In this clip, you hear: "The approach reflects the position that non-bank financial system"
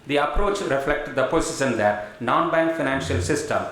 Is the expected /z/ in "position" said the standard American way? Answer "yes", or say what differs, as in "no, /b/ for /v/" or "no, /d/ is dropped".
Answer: no, /s/ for /z/